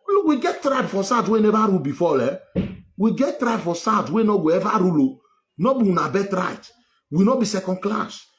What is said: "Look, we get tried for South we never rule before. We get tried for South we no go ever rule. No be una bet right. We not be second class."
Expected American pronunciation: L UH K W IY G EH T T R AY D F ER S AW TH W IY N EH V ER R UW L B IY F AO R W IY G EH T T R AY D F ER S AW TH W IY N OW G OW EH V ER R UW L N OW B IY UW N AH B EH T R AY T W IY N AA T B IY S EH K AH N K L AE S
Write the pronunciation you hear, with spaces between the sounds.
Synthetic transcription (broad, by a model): L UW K W IY G EH T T R AY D F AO S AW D W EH N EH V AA R UW L B IY F AO L W IY G EH T T R AY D F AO S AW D W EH N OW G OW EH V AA R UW L N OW B IY UW N AH B EH T R AY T W IY N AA B IY S EH K AH N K L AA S